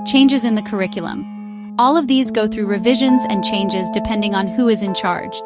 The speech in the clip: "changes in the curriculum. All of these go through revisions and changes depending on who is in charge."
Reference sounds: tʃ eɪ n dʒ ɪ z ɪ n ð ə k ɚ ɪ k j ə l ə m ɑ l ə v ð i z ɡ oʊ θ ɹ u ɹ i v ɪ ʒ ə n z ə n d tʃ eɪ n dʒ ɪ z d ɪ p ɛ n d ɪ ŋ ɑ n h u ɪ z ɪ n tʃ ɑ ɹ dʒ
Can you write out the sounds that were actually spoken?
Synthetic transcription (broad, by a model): tʃ eɪ n dʒ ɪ z ɪ n ð ə k ɚ ɪ k j l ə m ɑ l ə v ð i z ɡ oʊ θ ɹ u ɹ i v ɪ ʒ ə n z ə n tʃ eɪ n dʒ ɪ z d ɪ p ɛ n d ɪ ŋ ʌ n h u ɪ z ɪ n tʃ ɑ ɹ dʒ